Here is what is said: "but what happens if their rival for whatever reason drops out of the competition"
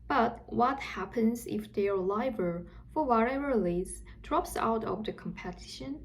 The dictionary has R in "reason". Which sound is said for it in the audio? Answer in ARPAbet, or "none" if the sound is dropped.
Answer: L